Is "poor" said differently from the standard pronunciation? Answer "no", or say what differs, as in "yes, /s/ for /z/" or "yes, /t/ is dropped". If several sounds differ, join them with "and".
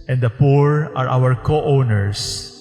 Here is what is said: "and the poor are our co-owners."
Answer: no